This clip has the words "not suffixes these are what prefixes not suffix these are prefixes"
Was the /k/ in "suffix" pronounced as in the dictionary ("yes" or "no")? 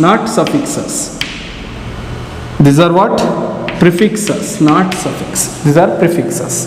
yes